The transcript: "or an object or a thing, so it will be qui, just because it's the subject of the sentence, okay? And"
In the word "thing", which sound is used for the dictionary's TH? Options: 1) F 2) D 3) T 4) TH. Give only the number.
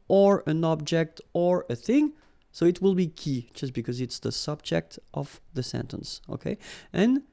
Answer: 4